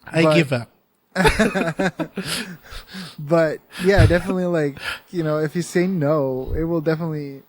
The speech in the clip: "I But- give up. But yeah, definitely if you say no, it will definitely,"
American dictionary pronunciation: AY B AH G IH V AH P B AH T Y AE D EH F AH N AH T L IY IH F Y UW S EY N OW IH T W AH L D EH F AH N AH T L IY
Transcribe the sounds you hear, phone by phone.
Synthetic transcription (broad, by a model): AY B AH G IH V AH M B AH T Y AE D EH F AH N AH T L IY IH F Y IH S EY N OW IH T W AH L D EH F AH N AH T L IY